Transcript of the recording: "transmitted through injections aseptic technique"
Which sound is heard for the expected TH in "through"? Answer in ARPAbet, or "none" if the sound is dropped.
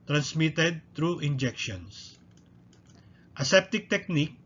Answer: T